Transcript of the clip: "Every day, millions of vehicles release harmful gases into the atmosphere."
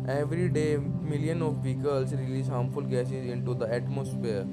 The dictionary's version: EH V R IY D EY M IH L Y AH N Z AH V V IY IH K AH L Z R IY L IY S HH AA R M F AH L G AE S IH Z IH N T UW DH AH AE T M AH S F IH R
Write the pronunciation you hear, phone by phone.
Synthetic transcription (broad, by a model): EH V R IY D EY M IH L Y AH N AH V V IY K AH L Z R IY L IY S HH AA M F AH L G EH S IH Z IH N T UW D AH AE T M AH S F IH R